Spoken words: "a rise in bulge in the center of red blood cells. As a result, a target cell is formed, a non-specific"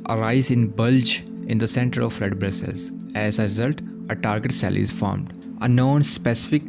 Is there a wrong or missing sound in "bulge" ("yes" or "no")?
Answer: no